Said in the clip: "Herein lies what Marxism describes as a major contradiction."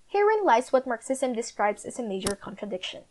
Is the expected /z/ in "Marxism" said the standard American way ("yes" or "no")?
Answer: no